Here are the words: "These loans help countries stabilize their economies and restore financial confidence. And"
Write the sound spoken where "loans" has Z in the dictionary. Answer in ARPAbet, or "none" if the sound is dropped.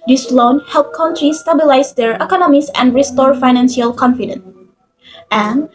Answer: none